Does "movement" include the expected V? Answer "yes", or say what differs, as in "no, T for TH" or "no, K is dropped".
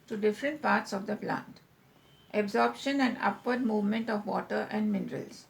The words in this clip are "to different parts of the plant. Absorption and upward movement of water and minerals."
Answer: yes